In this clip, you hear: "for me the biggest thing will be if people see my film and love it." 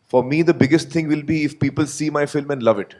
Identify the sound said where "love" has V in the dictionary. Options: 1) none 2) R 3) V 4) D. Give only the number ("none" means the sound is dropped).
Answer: 3